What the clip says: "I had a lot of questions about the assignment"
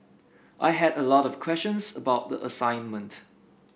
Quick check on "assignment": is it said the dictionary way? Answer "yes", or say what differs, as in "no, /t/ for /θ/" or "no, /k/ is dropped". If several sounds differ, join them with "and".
yes